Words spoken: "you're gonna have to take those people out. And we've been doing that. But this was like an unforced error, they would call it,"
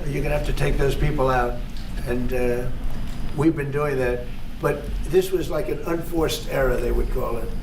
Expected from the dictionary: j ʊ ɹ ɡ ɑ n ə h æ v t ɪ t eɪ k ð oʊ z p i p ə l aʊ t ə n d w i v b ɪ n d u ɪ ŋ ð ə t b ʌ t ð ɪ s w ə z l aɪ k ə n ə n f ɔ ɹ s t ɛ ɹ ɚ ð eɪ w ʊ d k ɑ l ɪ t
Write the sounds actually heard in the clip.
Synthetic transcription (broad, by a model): j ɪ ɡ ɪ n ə h æ f t ɪ t eɪ k ð oʊ z p i p l aʊ t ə n w i v b ɪ n d u ɪ ŋ ð ə t b ʌ t ð ɪ s w ə z l aɪ k ə n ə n f ɔ ɹ s t ɛ ɹ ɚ ð eɪ w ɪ d k ɑ l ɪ t